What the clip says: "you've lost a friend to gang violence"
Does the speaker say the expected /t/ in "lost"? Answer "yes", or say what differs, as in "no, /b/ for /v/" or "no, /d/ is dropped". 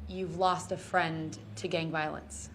yes